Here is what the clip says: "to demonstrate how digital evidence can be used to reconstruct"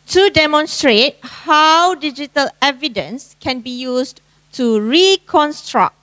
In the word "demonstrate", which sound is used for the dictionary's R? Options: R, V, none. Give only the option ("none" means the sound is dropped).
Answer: R